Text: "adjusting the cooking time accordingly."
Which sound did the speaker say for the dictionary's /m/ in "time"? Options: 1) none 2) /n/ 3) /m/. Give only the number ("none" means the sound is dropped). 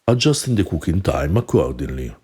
3